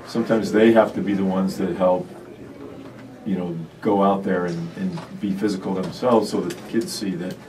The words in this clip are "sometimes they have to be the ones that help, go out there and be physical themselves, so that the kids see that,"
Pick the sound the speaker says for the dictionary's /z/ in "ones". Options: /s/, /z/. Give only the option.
/z/